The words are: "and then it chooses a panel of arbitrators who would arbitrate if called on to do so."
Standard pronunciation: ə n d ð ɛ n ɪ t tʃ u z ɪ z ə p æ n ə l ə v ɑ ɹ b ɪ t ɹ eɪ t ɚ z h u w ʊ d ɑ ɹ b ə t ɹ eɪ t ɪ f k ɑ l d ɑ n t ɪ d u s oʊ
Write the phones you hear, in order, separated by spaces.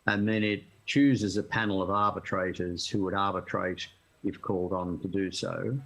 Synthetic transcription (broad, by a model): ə n ð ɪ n ɪ t tʃ u z ɪ z ə p æ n l ə v ɑ ɹ b ɪ t ɹ eɪ t ɚ z h u w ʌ d ɑ ɹ b ə t ɹ eɪ t ɪ f k ɑ l d n t ɪ d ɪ s oʊ